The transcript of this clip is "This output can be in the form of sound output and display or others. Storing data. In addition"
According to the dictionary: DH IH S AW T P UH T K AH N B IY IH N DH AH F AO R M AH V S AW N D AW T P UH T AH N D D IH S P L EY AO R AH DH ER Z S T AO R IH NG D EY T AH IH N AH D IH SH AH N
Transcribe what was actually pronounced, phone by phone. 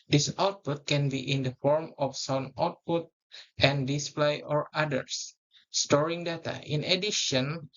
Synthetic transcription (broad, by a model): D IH S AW T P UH T K AH N B IY IH N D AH F AO R M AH F S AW N AW T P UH T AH N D D IH S P L EY AO R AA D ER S S T AO R IH NG D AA T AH IH N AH D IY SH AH N